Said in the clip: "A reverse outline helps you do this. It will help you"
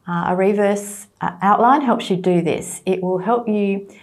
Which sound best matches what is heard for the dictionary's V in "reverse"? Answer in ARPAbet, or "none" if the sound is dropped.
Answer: V